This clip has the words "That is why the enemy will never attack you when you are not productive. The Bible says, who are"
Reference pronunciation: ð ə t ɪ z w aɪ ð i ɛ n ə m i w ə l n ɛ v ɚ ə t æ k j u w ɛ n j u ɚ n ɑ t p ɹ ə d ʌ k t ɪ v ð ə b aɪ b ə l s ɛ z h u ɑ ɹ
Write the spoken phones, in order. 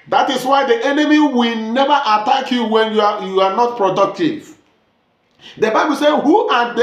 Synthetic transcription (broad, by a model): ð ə t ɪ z w aɪ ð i ɛ n ə m i w ə l n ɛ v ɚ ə t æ k j u w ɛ n j u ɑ n ɑ t p ɹ ə d ʌ k t ɪ v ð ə b aɪ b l s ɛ h u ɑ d